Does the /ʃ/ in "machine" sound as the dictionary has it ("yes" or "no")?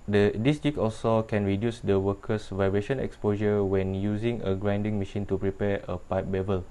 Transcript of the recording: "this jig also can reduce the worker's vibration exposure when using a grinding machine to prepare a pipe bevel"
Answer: yes